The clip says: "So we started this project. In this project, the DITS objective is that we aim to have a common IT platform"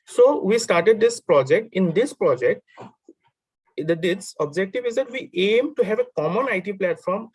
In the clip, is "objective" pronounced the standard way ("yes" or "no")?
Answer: yes